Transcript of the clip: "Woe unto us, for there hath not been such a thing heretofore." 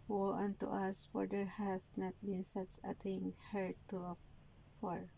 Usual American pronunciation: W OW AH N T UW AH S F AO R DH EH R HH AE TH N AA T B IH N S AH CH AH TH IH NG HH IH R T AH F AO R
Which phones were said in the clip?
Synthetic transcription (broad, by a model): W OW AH N T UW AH S F AO R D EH R HH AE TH N AA T B IH N S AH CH AH T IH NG HH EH R T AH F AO R